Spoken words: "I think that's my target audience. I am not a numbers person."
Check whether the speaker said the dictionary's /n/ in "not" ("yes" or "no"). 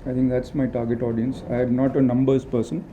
yes